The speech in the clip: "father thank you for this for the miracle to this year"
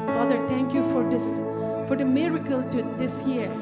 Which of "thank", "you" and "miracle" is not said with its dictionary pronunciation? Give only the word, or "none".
thank